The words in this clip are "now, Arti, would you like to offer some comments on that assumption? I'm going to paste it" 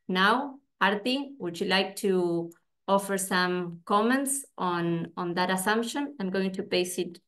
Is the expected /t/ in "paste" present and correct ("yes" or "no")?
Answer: no